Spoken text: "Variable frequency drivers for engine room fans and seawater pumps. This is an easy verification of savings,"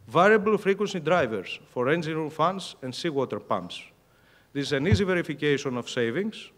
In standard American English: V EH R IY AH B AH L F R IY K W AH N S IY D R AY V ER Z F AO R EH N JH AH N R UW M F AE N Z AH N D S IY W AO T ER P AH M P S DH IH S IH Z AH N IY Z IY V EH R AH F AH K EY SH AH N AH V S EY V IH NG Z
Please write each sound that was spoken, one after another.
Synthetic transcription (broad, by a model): V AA R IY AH B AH L F R IY K W AH N S IY D R AY V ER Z F AO R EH N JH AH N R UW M F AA N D AH N D S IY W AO T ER P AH M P S DH IH S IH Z AH N IY Z IY V EH R AH F AH K EY SH AH N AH F S EY V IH NG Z